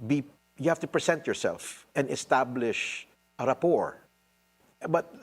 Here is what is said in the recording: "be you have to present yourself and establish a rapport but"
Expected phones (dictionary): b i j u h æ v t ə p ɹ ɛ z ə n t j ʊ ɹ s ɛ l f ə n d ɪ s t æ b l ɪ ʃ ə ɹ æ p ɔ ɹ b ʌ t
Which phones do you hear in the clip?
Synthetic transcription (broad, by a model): b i j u h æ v t ə p ɹ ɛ s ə n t j ʊ ɹ s ɛ l f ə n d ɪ s t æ b l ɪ ʃ ə ɹ æ p ɔ ɹ b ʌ t